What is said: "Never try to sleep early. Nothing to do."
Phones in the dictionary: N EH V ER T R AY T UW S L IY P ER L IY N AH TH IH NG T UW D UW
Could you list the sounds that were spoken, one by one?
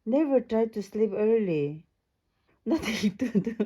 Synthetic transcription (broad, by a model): N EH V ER T R AY T UW S L IY P ER L IY N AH T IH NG T UW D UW